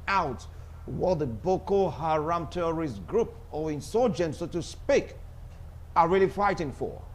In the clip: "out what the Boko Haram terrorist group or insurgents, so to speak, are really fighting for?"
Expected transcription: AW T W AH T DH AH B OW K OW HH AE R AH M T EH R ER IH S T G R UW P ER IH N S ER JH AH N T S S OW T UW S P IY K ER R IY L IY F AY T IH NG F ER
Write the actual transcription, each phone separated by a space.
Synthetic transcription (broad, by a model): AW T W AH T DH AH B OW K OW HH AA R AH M T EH R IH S G R UW P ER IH N S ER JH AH N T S S OW T UW S P IY K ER R IY L IY F AY T IH NG F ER